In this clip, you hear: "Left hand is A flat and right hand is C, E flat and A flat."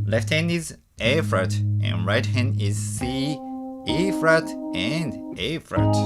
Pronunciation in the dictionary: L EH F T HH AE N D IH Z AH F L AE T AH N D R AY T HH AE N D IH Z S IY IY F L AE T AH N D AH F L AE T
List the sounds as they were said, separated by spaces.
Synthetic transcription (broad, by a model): L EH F T HH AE N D IH Z AH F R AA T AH N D R AY T HH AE N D IH Z S IY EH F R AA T AH N D AH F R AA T